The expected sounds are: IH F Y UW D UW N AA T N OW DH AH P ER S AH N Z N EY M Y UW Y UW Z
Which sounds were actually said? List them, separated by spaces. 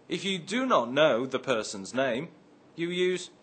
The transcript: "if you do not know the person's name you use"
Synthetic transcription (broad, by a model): IH F Y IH D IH N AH T N OW DH AH P ER S AH N Z N EY M Y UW Y UW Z